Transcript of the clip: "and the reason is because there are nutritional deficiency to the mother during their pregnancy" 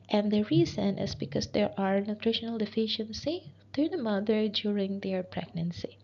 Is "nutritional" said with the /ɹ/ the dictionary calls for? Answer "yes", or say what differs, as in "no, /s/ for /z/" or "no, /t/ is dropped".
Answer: yes